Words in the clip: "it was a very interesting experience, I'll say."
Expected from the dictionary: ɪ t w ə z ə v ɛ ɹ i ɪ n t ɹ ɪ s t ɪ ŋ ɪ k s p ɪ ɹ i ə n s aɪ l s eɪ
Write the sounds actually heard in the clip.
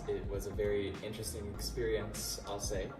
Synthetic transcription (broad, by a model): ɪ t w ə z ə v ɛ ɹ i ɪ n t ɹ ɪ s t ɪ ŋ ɪ k s p ɪ ɹ i ə n s aɪ l s eɪ